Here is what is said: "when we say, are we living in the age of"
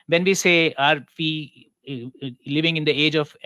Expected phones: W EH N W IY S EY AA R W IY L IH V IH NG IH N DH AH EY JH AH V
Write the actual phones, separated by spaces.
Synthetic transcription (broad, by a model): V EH N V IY S EY AA R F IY L IH V IH NG IH N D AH EY JH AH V